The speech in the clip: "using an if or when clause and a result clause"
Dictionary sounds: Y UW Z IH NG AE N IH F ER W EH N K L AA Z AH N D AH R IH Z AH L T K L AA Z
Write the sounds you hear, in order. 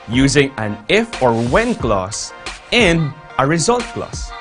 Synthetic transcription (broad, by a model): Y UW Z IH NG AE N IH F ER W EH N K L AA S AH N AH R IH Z AH L T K L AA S